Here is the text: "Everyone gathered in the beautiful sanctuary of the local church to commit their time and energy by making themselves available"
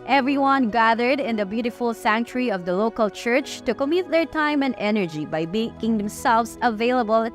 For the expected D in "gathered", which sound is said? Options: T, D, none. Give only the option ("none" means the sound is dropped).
D